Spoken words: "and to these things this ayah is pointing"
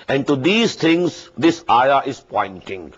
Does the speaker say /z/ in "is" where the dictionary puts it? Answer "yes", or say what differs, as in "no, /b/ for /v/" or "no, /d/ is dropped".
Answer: no, /s/ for /z/